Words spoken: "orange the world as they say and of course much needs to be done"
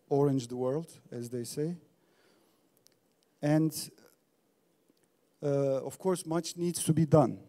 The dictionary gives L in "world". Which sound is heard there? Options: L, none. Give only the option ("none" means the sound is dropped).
L